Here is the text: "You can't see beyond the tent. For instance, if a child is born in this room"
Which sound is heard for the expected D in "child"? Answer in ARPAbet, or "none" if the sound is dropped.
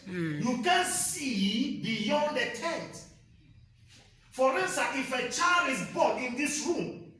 none